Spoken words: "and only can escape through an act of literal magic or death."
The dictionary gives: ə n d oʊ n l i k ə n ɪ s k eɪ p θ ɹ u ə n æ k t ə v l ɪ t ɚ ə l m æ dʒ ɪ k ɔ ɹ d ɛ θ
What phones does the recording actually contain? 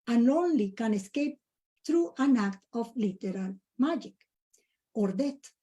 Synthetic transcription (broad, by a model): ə n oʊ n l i k ə n ɪ s k eɪ p t ɹ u ə n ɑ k t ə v l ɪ t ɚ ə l m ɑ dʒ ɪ k ɔ ɹ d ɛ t